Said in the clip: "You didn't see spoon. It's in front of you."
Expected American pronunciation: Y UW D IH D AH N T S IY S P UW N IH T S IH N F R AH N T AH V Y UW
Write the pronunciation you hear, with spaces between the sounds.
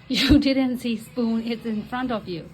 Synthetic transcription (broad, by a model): Y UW D IH D AH N T S IY S P UW N IH T S IH N F R AH N T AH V Y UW